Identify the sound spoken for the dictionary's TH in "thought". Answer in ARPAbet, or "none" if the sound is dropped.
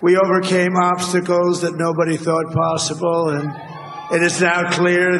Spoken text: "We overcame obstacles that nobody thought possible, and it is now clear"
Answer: TH